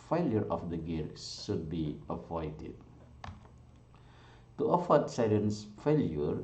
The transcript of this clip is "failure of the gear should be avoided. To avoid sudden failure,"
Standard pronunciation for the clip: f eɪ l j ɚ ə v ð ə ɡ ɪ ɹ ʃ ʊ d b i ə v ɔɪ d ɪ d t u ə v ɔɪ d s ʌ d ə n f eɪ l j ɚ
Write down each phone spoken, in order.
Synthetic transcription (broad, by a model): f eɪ l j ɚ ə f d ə ɡ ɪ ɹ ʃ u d b i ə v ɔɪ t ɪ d t u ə f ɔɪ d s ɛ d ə n f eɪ l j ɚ